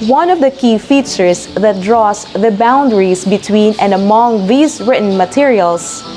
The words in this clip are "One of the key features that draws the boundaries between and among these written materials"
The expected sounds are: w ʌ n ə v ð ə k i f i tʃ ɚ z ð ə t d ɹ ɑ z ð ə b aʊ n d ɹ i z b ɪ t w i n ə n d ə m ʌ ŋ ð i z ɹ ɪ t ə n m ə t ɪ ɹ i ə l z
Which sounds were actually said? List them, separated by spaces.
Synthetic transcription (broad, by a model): w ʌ n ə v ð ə k i f i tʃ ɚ s ð ə t d ɹ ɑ s ð ə b aʊ n d ɹ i s b ɪ t w i n ə n d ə m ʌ ŋ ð i s ɹ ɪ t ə n m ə t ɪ ɹ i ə l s